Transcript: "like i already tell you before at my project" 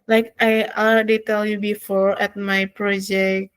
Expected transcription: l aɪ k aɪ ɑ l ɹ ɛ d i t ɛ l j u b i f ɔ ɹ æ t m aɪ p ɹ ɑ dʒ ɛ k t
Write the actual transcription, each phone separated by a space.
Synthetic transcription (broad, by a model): l aɪ k aɪ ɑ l ɛ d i t ɛ l j u b i f ɔ ɹ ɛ t m aɪ p ɹ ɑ dʒ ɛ k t